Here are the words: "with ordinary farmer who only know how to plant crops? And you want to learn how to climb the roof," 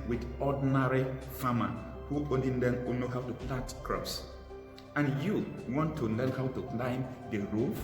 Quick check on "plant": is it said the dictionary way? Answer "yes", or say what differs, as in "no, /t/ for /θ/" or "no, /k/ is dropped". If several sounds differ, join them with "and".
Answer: no, /n/ is dropped